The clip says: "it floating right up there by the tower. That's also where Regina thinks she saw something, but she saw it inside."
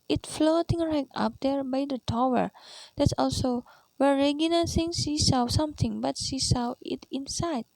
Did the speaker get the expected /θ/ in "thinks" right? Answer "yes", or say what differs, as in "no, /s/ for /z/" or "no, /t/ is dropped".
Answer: no, /s/ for /θ/